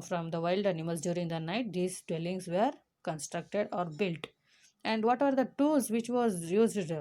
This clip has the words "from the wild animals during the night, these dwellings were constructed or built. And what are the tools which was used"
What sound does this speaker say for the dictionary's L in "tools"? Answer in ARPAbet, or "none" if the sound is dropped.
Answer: none